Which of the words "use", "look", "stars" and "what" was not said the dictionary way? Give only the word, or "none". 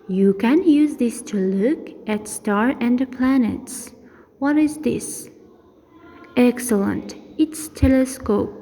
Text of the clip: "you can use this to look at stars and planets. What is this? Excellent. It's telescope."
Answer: stars